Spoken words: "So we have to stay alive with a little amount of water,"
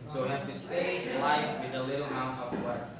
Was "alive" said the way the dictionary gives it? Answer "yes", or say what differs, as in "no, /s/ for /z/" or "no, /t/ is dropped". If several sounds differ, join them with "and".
no, /f/ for /v/